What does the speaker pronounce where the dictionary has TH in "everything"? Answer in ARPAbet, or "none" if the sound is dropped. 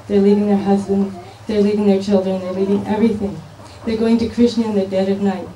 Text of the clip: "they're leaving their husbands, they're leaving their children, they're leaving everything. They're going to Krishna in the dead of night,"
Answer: TH